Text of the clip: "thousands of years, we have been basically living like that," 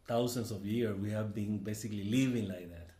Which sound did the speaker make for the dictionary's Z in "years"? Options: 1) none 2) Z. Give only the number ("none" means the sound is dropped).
1